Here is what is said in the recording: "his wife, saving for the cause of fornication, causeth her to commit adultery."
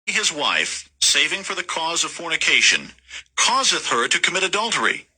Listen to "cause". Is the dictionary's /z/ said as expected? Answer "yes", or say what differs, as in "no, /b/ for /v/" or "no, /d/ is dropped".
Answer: yes